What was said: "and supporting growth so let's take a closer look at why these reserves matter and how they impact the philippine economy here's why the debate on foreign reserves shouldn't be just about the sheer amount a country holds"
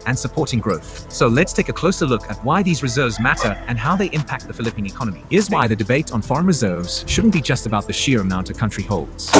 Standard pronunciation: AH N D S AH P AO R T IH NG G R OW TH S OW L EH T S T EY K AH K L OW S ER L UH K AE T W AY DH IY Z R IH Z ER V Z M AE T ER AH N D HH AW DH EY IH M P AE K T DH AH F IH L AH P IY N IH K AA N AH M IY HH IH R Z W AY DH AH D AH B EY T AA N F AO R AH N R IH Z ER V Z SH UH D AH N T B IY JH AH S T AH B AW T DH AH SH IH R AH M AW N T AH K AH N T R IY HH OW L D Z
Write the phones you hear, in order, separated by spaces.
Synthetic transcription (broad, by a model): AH N S AH P AO R T IH NG G R OW TH S OW L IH T S T EY K AH K L OW S ER L UH K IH T W AY DH IY Z R IH Z ER V Z M AE T ER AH N HH AW DH EY IH M P AE K T DH AH F IH L AH P IY N IH K AA N AH M IY IH Z W AY DH AH D AH B EY T N F AO R AH N R IH Z ER V Z SH UH D N B IY JH AH S T AH B AW T DH AH SH IH R AH M AW N T AH K AH N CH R IY HH OW L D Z